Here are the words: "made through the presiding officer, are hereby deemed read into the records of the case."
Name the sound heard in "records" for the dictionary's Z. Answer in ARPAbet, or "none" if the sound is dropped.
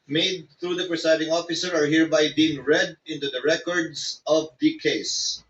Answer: S